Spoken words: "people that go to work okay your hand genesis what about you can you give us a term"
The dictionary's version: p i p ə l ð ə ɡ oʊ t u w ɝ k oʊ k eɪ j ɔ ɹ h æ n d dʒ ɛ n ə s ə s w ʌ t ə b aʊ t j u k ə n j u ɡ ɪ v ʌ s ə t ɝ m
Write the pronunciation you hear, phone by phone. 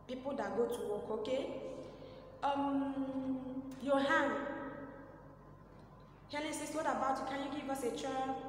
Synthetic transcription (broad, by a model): p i p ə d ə ɡ oʊ t u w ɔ k oʊ k eɪ j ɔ h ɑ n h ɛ l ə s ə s w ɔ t ə b aʊ t j u k ə n j u ɡ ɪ v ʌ s ə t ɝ